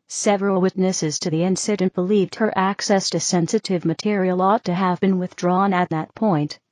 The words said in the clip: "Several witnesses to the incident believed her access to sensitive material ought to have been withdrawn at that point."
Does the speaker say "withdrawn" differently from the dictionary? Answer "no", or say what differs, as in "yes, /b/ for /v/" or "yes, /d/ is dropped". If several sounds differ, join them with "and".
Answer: no